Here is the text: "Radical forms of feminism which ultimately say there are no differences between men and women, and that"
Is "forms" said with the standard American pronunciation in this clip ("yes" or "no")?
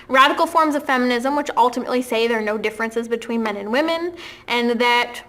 yes